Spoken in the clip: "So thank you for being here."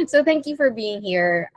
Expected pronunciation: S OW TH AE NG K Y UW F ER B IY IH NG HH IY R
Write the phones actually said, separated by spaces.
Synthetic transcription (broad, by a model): S OW TH AE NG K Y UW F ER B IY IH NG HH IY R